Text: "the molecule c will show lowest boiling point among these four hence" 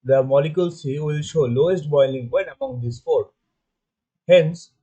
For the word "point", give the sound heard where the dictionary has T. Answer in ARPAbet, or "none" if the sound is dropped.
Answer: none